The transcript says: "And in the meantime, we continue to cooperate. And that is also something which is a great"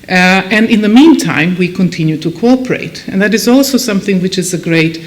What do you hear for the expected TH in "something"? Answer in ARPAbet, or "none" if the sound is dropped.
TH